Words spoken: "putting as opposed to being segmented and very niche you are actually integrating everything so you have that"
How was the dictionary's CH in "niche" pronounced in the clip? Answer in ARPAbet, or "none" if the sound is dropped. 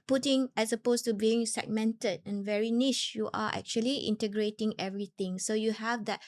SH